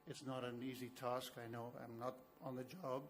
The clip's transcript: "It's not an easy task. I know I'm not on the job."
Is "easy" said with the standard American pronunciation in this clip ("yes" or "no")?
yes